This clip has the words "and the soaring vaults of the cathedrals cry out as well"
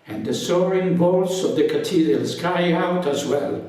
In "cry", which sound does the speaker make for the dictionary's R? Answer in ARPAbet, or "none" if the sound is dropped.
none